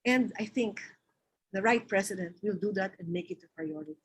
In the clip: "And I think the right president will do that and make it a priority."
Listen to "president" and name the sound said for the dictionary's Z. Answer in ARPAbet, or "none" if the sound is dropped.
S